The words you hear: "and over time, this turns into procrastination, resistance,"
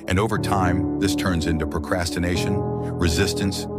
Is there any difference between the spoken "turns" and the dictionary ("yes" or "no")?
no